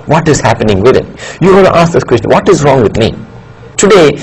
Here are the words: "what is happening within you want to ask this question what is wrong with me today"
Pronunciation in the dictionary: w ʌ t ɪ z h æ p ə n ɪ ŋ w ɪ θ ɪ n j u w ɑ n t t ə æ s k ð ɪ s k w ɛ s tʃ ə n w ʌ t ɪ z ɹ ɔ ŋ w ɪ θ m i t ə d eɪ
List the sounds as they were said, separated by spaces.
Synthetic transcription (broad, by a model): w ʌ t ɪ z h æ p ə n ɪ ŋ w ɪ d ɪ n j u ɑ l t t ə s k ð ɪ s k w ɛ s tʃ ə n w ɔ t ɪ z ɹ ɔ ŋ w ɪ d m i t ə d eɪ